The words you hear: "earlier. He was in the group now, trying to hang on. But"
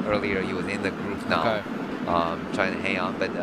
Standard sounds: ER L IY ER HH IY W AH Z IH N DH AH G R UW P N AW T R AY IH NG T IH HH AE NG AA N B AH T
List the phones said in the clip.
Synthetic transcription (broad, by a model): ER L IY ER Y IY W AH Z IH N DH AH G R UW F N AW T R AY IH NG T IH HH AE NG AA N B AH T